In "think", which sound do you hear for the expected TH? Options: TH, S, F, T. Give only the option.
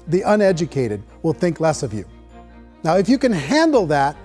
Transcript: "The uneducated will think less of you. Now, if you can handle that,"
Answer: TH